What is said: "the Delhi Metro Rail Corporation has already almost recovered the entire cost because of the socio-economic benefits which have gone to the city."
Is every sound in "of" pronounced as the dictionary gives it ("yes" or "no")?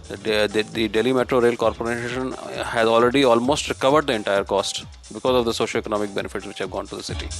yes